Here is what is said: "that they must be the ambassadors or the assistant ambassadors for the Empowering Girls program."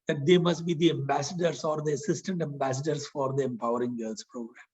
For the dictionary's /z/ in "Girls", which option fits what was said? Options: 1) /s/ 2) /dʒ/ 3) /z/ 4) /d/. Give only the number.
1